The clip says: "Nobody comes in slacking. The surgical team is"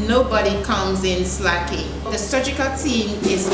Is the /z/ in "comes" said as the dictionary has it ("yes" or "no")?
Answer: yes